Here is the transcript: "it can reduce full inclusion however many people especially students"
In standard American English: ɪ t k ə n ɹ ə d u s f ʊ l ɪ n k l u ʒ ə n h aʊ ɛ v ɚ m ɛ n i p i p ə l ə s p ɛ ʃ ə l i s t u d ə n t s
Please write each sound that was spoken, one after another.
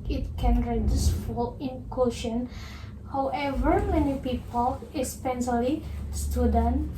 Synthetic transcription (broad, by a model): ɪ t k ə n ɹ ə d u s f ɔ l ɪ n k u ʃ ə n h aʊ ɛ v ɚ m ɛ n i p i p ə l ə s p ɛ s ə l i s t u d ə n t